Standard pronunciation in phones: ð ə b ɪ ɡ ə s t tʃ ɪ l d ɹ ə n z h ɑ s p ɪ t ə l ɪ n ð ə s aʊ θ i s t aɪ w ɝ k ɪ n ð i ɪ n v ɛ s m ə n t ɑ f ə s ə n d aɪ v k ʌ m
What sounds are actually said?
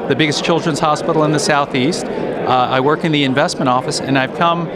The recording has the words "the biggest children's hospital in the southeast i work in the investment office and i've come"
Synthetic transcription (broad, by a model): ð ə b ɪ ɡ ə s tʃ ɪ l d ɹ ə n z h ɑ s p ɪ t l ɪ n ð ə s aʊ θ i s t aɪ w ɝ k ɪ n ð i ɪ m v ɛ s m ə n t ɑ f ə s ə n aɪ v k ʌ m